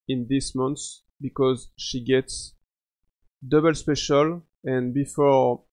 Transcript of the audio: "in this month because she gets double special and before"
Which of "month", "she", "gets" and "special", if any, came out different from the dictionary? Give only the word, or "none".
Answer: month